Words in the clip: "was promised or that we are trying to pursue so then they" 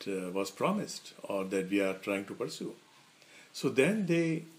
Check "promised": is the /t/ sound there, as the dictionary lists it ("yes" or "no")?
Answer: yes